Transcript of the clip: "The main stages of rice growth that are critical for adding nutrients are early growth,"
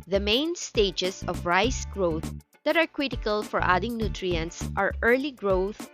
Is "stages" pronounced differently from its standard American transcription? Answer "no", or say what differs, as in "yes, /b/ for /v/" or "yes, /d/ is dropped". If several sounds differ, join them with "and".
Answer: yes, /s/ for /z/